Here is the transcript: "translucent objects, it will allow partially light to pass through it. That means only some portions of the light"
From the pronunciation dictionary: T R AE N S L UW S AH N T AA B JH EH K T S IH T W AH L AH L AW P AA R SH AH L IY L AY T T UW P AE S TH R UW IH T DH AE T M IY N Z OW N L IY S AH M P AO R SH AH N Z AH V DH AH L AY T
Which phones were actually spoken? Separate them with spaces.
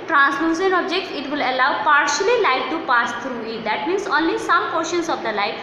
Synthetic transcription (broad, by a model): T R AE N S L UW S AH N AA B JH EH K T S IH T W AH L AH L AW P AA R SH AH L IY L AY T T UW P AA S T R UW IH T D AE T M IY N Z OW N L IY S AH M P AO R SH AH N S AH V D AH L AY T